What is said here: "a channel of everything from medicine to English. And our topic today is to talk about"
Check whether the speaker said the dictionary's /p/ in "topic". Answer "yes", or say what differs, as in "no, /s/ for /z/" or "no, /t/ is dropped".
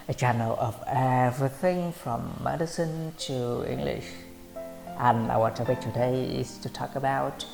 no, /b/ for /p/